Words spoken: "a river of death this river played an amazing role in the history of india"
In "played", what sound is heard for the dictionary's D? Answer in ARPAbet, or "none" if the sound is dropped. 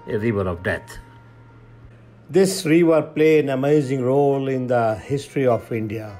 none